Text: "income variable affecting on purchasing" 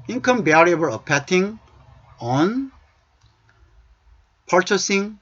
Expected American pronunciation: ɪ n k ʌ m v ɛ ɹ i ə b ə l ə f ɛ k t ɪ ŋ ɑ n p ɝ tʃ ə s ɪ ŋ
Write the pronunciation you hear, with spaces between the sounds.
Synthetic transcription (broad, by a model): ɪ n k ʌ m b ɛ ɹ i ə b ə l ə p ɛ t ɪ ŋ ɑ n p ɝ tʃ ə s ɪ ŋ